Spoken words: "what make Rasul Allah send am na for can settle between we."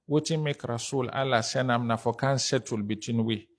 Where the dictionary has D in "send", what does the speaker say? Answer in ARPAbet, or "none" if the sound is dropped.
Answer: none